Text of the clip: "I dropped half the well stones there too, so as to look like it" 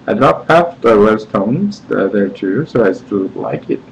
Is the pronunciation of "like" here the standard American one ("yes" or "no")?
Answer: yes